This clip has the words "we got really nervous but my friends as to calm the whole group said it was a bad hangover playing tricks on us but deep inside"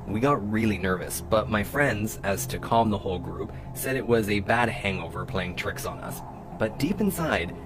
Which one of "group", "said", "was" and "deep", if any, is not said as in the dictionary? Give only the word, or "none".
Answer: none